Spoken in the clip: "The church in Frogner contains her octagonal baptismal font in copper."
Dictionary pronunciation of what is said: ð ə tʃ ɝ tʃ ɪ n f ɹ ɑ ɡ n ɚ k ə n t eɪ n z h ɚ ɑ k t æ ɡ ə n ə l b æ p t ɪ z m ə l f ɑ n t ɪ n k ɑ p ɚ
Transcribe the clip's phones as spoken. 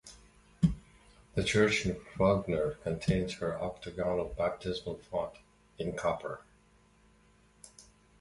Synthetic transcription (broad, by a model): ð ə tʃ ɝ tʃ ɪ n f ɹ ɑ ɡ n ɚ k ə n t eɪ n z h ɚ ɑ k t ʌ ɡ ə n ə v b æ p t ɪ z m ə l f ɑ t ɪ n k ɑ p ɚ